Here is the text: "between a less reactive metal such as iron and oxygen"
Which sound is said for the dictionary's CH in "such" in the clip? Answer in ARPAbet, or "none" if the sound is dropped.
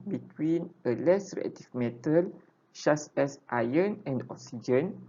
S